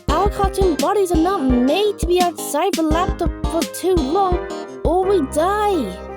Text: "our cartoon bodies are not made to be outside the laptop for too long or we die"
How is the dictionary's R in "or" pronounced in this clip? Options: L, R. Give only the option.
L